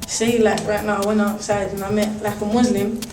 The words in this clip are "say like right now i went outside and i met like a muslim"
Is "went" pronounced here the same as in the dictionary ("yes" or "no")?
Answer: no